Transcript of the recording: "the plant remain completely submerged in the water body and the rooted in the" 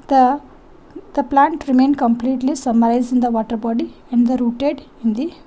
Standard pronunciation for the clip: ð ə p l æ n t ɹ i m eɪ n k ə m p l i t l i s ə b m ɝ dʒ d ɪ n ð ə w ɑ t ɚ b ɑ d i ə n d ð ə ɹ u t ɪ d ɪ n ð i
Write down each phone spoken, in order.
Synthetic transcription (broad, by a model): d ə p l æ n t ɹ i m eɪ n k ə m p l i t l i s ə m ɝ z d ɪ n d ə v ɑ t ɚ b ɑ d i ə n d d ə ɹ u t ɪ d ɪ n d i